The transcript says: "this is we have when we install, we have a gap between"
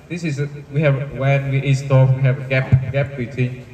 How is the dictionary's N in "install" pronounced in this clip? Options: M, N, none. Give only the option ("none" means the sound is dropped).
none